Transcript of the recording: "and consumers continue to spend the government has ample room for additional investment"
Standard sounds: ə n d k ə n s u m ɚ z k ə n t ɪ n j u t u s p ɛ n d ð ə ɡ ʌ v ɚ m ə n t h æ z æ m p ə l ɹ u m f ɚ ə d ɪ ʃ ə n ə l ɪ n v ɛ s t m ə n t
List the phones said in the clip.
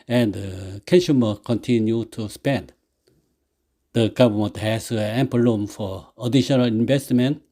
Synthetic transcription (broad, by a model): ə n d k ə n ʃ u m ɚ k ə n t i n j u t u s p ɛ n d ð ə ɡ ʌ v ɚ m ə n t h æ s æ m p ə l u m f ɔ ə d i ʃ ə n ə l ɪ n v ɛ s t m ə n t